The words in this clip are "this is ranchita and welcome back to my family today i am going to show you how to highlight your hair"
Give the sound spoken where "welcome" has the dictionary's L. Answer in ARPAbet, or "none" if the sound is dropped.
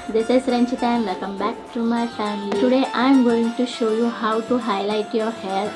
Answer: none